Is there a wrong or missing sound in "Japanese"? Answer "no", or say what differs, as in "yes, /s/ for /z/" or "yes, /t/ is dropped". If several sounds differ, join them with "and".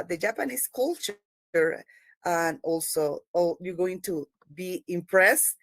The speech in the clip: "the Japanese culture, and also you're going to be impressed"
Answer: yes, /s/ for /z/